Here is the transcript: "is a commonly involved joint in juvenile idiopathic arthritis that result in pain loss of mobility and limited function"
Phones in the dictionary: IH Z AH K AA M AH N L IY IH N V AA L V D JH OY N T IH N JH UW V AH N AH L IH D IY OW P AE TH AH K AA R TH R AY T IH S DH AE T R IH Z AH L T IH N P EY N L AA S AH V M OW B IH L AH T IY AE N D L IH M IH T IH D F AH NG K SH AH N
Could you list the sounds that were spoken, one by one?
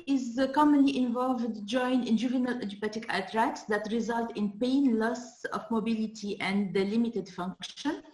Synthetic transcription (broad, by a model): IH Z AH K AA M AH N L IY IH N V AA L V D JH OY N IH N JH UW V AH N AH L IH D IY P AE T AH K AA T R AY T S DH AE T R IH Z AH L T IH N P EY N L AA S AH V M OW B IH L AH T IY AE N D L IH M IH T IH D F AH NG K SH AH N